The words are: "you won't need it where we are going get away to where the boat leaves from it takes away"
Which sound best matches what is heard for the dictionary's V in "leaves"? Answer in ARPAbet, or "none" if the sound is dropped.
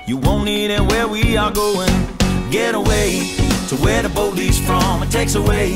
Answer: none